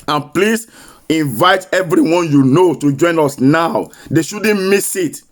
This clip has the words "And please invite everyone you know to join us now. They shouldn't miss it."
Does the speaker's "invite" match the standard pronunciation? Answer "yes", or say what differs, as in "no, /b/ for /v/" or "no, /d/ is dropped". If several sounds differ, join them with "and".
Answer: yes